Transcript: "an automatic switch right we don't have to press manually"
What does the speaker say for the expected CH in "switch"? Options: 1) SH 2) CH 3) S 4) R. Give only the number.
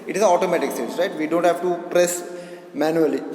3